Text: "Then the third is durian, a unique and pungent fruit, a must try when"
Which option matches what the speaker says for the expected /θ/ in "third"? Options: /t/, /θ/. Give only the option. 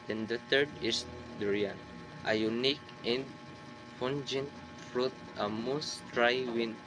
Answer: /t/